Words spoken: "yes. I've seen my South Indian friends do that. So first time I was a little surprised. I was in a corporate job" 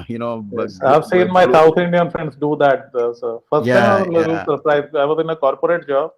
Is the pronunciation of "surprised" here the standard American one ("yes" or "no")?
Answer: no